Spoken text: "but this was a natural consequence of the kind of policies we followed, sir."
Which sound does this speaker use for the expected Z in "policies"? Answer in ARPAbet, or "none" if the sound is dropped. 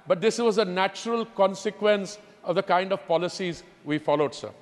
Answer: Z